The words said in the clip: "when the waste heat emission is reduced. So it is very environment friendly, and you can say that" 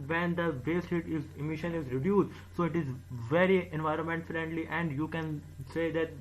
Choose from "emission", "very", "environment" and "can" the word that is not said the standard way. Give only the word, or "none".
none